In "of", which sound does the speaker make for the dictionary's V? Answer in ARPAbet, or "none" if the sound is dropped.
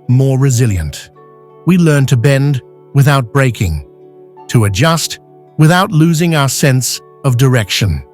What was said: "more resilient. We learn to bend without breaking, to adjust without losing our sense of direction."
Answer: V